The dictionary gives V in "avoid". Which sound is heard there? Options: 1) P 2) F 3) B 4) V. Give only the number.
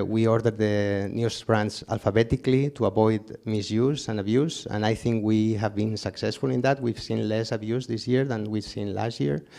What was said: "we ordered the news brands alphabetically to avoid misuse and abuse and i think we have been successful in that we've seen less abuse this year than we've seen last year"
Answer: 3